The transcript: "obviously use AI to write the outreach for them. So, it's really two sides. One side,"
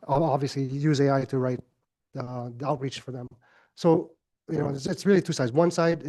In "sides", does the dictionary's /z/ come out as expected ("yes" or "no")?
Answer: yes